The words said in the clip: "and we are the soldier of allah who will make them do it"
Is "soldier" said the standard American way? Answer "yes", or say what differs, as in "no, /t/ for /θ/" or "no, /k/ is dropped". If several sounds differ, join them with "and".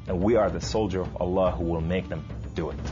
yes